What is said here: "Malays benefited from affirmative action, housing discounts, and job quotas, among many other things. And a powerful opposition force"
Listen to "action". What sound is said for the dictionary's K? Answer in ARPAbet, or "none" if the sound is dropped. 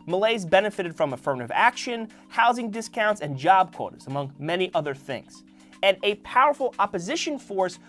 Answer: K